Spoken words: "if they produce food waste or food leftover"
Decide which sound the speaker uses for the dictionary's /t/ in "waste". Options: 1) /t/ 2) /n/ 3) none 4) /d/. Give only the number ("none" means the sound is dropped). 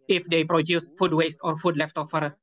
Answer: 1